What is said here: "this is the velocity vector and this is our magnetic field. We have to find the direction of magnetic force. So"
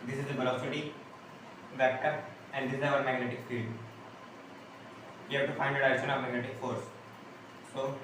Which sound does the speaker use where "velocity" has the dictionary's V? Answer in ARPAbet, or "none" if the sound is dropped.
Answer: B